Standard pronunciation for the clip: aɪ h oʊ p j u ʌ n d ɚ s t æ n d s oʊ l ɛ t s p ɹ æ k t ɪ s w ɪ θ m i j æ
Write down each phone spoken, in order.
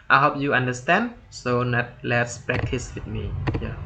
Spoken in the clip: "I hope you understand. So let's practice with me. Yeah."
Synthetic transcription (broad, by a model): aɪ h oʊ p j u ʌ n d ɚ s t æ n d s oʊ l ɛ t s p ɹ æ k t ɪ s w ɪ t m i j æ